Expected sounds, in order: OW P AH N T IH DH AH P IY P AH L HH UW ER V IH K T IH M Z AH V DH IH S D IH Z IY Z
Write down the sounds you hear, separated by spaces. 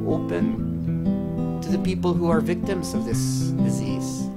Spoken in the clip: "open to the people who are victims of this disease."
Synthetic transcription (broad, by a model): OW P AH N T IH DH AH P IY P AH L HH UW ER V IH K T IH M Z AH V DH IH S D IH Z IY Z